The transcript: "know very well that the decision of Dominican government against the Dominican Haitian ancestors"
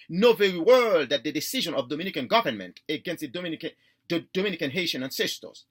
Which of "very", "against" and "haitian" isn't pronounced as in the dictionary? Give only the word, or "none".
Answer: none